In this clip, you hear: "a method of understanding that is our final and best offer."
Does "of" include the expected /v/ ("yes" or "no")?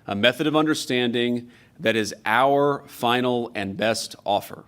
yes